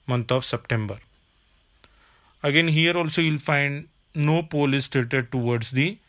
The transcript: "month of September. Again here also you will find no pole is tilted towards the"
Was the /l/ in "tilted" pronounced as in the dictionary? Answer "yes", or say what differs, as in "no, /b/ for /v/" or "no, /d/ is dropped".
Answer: no, /l/ is dropped